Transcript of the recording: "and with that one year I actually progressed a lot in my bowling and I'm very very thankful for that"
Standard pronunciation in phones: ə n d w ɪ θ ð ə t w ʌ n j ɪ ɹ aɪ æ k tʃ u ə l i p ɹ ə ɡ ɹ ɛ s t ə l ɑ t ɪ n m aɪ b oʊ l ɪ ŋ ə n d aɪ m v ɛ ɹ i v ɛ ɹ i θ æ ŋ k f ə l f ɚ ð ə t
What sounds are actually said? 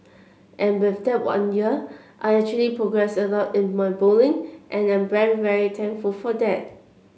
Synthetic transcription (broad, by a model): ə n w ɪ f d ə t w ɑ n j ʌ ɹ aɪ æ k tʃ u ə l i p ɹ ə ɡ ɹ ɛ s ə l ɑ t ɪ n m aɪ b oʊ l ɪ ŋ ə n aɪ m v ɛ ɹ i v ɛ ɹ i t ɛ ŋ k f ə l f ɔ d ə t